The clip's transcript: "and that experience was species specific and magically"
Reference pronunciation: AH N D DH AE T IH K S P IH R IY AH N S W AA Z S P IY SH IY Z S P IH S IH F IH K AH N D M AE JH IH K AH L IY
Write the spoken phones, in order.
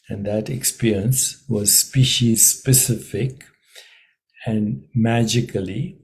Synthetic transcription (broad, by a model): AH N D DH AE T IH K S P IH R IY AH N S W AA Z S P IY SH IY Z S P IH S IH F IH K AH N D M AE JH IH K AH L IY